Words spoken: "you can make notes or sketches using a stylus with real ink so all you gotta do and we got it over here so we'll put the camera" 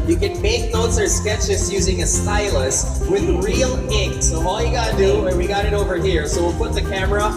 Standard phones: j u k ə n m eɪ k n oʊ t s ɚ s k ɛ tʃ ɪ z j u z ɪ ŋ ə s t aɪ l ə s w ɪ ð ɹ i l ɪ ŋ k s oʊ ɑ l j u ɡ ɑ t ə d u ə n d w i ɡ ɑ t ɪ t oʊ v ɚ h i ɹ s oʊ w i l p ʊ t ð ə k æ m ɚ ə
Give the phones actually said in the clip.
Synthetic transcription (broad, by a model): j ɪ k ə n m eɪ k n oʊ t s ɚ s k ɛ tʃ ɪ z j u z ɪ ŋ ə s t aɪ l ə s w ɪ ð ɹ i l ɪ ŋ k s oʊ ɑ l j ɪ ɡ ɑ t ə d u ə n w i ɡ ɑ t ɪ t oʊ v ɚ h i ɹ s oʊ w i l p ʊ t ð ə k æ m ɚ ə